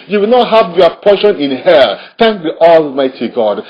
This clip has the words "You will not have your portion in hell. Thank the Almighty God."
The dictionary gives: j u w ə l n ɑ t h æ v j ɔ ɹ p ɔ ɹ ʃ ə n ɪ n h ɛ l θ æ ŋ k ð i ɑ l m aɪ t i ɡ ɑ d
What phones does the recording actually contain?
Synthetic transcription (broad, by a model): j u w ə l n ɑ t h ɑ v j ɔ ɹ p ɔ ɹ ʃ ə n ɪ n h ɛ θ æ ŋ k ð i ɑ l m aɪ t i ɡ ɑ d